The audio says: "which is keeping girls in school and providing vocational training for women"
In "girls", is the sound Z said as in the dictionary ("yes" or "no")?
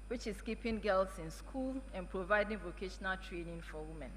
no